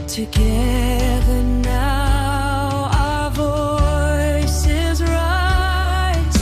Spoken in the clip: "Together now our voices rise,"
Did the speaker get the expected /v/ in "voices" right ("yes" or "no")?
yes